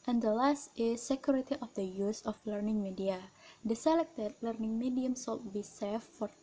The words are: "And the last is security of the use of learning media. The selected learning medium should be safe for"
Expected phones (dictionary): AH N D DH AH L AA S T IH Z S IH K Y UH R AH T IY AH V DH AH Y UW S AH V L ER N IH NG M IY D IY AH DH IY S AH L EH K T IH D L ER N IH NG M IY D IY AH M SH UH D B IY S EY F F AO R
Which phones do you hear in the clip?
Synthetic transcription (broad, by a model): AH N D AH L AA S T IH S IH K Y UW R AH T IY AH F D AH Y UW S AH F L ER N IH NG M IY D IY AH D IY S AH L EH K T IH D L ER N IH NG M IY D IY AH M S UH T B IY S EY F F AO R